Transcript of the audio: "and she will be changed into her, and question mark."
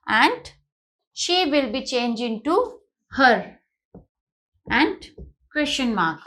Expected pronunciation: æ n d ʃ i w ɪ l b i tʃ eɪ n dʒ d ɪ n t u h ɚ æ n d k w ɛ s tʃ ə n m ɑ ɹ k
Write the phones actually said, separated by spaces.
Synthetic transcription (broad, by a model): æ n d ʃ i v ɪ l b i tʃ eɪ n dʒ ɪ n t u h ɚ æ n d k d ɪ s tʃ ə n m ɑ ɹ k